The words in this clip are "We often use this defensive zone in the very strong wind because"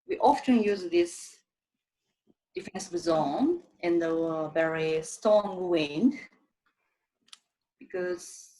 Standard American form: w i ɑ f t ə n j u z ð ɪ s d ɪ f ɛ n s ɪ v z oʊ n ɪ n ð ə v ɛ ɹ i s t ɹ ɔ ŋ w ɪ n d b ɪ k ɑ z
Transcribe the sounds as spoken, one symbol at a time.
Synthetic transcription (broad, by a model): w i ɑ f t ə n j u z ð ɪ s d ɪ f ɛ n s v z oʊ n ɪ n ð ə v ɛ ɹ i s t ɔ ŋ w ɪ n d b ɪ k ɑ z